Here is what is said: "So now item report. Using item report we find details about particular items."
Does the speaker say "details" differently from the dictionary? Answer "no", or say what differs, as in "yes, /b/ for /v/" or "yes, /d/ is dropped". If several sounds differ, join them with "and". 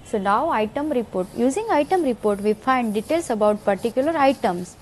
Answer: yes, /s/ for /z/